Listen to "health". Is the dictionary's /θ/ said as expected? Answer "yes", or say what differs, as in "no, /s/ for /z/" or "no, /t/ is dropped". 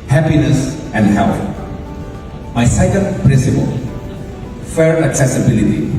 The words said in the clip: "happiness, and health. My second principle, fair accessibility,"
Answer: no, /t/ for /θ/